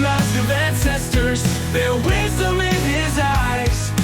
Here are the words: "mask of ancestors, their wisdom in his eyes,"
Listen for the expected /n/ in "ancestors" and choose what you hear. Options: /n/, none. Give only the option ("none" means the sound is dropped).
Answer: /n/